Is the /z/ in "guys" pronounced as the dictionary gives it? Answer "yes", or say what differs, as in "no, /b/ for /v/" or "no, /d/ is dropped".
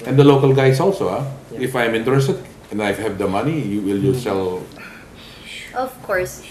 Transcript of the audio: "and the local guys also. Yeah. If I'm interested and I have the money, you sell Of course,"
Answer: no, /s/ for /z/